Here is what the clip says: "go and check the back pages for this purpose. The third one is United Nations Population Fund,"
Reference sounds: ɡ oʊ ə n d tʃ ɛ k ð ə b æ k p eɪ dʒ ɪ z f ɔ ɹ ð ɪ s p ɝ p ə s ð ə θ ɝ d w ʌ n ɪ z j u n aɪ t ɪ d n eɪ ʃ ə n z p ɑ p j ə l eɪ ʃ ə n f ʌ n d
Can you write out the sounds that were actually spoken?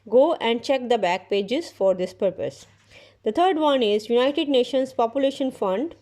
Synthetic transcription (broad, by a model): ɡ oʊ ə n d tʃ ɛ k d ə b æ k p eɪ dʒ ɪ z f ɔ ɹ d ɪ s p ɝ p ə s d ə t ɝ d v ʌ n ɪ z j u n aɪ t ɪ d n eɪ ʃ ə n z p ɑ p j ə l eɪ ʃ ə n f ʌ n d